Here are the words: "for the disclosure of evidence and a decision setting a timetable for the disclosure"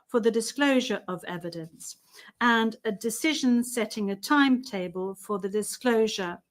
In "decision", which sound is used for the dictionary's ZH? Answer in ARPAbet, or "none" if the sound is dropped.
ZH